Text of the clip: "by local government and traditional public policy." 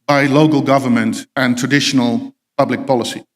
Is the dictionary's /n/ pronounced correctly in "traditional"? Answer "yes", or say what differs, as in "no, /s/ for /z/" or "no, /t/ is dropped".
yes